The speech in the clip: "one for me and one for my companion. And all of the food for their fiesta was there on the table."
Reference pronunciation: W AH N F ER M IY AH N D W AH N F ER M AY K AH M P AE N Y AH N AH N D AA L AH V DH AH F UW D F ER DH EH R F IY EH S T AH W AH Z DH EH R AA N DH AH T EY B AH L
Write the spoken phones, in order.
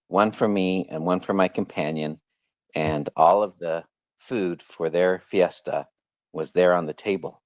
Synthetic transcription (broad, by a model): W AH N F ER M IY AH N W AH N F ER M AY K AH M P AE N Y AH N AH N AA L AH V DH AH F UW D F ER DH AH R F IY EH S T AH W AH Z DH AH R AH N DH AH T EY B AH L